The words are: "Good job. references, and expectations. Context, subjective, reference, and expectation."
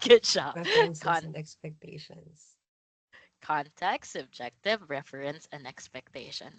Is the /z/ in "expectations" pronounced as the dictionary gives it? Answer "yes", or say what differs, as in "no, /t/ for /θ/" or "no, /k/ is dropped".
no, /s/ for /z/